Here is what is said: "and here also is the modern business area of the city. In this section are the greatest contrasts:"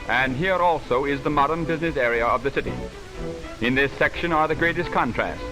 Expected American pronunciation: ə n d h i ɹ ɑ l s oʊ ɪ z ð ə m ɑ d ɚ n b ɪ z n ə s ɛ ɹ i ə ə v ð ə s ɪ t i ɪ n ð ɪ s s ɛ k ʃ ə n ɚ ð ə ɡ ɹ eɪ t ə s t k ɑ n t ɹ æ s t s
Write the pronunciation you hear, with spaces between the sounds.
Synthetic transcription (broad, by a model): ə n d h i ɹ ɑ l s oʊ ɪ z ð ə m ɑ d ɚ n b ɪ z n ə s ɛ ɹ i ə ə v ð ə s ɪ t i ɪ n ð ɪ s s ɛ k ʃ ə n ɚ ð ə ɡ ɹ eɪ t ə s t k ɑ n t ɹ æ s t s